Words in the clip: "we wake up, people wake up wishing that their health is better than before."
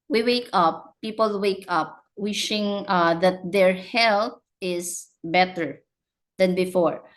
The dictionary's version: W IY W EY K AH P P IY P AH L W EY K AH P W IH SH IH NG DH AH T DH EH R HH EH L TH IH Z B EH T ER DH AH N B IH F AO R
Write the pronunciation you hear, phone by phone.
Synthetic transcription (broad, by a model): W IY W EY K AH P P IY P AH L W EY K AH P W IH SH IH NG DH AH T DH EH R HH EH L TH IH S B EH T ER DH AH N B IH F AO R